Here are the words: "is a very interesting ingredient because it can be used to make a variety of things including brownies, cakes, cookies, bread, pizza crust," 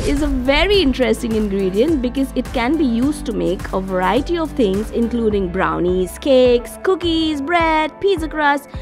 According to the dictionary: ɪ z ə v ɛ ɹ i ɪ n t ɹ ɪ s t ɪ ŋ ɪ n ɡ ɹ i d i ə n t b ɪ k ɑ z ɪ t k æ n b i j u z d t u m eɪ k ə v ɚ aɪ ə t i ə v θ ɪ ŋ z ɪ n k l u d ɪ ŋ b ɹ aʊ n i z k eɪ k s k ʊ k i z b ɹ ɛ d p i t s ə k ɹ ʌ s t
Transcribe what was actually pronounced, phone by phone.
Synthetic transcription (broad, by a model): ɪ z ə v ɛ ɹ i ɪ n t ɹ ɪ s t ɪ ŋ ɪ n ɡ ɹ i d i ə n t b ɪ k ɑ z ɪ t k æ n b i j u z t u m eɪ k ə v ɚ aɪ ə t i ə v t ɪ ŋ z ɪ n k l u d ɪ ŋ b ɹ aʊ n i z k eɪ k s k ʊ k i z b ɹ ɛ d p i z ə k ɹ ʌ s